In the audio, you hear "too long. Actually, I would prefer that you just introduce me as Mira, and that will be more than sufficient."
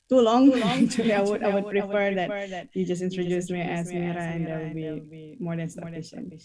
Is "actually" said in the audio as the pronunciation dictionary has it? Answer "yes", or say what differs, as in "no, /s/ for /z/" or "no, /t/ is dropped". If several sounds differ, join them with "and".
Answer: no, /w/ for /l/